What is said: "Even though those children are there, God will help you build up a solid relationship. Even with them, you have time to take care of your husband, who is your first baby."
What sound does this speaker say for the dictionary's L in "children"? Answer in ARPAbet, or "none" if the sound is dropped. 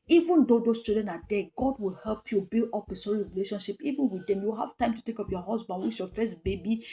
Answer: none